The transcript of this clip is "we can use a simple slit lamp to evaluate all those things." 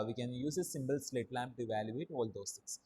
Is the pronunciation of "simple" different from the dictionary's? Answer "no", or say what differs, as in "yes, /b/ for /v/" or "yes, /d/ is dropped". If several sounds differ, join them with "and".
yes, /b/ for /p/